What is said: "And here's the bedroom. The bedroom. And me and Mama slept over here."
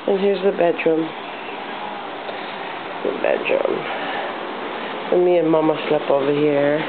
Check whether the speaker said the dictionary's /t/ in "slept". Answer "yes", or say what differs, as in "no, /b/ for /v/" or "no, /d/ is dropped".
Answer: no, /t/ is dropped